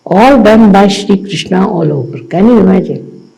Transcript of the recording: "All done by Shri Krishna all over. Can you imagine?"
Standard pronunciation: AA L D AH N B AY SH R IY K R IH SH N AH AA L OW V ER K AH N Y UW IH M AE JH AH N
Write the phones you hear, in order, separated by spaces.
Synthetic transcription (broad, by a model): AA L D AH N B AY SH R IY K R IH SH N AH AA L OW P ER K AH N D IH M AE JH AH